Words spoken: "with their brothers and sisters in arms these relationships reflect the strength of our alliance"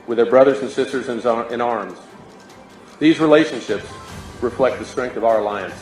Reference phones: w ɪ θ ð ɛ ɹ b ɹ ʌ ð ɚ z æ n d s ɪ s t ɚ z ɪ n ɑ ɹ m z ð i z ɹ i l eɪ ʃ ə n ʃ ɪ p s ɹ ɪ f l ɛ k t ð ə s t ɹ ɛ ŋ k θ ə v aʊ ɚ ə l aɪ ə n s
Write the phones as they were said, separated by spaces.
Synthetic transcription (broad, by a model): w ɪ ð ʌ ɹ b ɹ ʌ ð ɚ z n s ɪ s t ɚ z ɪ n ɑ ɹ m z ð i z ɹ i l eɪ ʃ ə n ʃ ɪ p s ɹ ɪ f l ɛ k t ð ə s t ɹ ɛ ŋ k θ ə v aʊ ɚ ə l aɪ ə n s